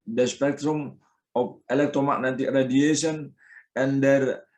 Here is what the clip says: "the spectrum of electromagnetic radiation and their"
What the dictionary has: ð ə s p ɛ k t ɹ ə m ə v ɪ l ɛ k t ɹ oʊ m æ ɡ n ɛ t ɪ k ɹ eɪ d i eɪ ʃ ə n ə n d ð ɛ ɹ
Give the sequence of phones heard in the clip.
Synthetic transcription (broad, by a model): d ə s p ɛ k t ɹ ə m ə p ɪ l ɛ k t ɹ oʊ m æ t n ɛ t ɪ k ɹ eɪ d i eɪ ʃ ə n ə n d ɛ ɹ